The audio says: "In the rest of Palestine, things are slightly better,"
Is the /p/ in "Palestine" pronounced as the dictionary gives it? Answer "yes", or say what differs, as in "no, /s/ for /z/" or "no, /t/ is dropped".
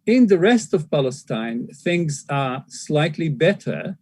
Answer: yes